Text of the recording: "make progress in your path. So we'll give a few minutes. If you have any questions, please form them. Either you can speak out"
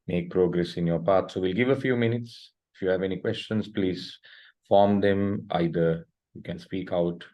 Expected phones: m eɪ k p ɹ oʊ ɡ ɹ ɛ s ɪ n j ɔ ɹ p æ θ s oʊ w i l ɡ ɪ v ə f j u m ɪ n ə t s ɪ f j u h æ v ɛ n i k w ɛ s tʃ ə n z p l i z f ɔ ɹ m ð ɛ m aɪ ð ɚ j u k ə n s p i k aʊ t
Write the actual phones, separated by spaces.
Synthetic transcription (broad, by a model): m eɪ k p ɹ oʊ ɡ ɹ ɛ s ɪ n j ɔ ɹ p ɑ t s oʊ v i l ɡ ɪ v ə f j u m ɪ n ə t s ɪ f j u h æ v ɛ n i k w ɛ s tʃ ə n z p l i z f ɔ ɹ m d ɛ m aɪ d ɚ j u k ə n s p i k aʊ t